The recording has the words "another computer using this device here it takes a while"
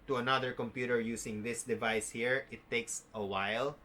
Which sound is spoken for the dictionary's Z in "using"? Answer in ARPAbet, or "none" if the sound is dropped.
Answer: S